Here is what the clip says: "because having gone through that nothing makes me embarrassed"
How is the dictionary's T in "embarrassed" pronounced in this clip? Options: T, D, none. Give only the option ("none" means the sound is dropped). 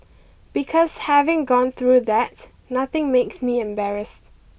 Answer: T